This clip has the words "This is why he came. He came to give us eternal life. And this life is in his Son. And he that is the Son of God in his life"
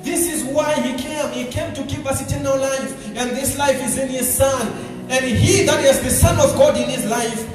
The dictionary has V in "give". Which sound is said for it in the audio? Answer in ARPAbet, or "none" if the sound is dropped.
P